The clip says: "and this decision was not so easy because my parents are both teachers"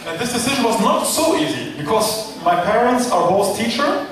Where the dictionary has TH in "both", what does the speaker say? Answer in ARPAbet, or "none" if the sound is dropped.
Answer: S